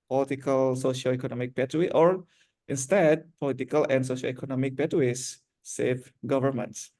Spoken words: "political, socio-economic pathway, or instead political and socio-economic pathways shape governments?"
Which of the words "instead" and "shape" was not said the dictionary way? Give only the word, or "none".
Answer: shape